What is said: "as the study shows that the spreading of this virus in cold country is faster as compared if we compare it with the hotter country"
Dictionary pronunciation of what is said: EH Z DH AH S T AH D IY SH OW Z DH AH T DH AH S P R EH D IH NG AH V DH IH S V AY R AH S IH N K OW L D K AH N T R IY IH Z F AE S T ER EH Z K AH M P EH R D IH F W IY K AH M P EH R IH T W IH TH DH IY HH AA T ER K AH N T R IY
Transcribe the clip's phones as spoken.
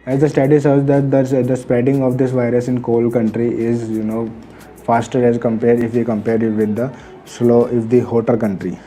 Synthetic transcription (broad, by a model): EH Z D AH S T AH D IY S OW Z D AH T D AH S P R EH D IH NG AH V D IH S V AY R AH S IH N K OW L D K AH N T R IY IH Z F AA S T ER EH Z K AH M P EH R D IH F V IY K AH M P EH R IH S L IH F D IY HH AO T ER K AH N T R IY